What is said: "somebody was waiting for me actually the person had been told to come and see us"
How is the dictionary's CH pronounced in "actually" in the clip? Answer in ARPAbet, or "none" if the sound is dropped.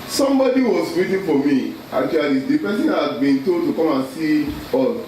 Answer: none